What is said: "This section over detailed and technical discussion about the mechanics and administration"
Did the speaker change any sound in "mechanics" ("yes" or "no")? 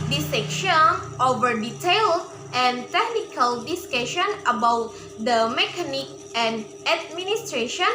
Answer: yes